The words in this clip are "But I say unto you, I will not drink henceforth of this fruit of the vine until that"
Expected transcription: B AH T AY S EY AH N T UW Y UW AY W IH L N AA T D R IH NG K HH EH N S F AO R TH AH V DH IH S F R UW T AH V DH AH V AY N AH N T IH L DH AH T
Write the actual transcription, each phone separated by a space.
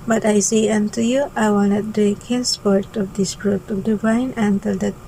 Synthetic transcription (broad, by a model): B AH T AY S EY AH N T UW Y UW AY W IH L N AA T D IH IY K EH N S P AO R T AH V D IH S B R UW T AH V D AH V AY N AH N T IH L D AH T